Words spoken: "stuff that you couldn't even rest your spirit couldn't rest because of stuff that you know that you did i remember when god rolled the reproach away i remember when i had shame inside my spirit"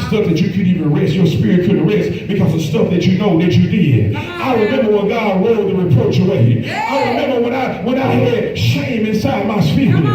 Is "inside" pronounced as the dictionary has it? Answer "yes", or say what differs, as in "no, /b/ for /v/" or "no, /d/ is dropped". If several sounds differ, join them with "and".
yes